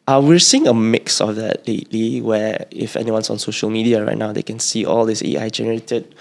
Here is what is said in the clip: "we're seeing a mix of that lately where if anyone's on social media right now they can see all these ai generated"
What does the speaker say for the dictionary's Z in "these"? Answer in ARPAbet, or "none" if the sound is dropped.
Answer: S